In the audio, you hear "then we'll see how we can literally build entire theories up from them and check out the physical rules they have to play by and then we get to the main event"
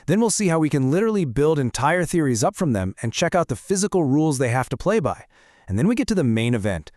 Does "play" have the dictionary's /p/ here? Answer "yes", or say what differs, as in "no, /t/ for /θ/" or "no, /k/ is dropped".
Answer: yes